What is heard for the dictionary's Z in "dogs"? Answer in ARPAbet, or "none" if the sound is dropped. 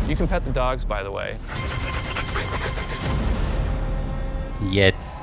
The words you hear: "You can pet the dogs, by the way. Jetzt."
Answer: Z